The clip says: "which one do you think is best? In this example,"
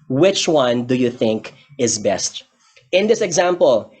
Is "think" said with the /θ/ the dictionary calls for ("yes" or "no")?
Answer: yes